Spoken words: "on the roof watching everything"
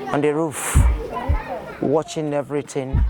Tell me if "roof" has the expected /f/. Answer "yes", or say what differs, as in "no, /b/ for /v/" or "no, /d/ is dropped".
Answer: yes